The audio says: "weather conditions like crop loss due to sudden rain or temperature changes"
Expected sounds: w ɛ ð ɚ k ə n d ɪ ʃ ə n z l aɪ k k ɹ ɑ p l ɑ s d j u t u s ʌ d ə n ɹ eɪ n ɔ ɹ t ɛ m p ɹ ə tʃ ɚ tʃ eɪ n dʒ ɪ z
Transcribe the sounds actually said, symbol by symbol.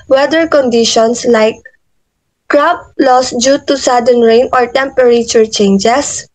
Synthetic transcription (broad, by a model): w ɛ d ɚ k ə n d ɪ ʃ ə n s l aɪ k k ɹ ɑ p l ɑ s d j u t u s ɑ d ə n ɹ eɪ n ɔ ɹ t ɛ m p ɹ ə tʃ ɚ tʃ eɪ n dʒ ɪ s